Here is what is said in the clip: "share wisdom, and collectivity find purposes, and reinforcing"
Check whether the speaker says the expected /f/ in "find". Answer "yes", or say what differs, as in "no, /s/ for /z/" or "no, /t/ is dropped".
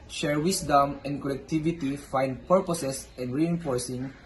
yes